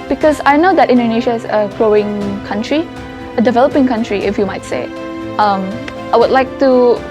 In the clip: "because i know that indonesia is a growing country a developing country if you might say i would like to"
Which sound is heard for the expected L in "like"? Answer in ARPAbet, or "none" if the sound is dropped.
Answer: L